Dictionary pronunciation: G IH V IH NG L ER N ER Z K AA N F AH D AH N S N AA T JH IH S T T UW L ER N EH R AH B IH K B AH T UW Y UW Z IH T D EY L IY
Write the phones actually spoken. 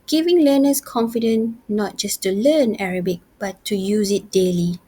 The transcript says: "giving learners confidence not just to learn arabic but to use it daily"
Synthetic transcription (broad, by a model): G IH V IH NG L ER N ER S K AA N F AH D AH N N AA T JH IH S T T UW L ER N EH R AH B IH K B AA T UW Y UW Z IH T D EY L IY